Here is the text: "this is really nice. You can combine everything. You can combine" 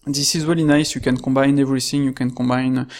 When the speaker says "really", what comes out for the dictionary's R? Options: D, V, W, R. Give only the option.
W